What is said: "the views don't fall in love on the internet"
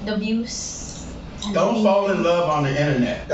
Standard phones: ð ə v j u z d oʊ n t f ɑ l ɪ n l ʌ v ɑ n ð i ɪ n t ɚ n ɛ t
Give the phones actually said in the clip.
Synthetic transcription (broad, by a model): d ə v j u s d oʊ n t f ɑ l ɪ n l ʌ v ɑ n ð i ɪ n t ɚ n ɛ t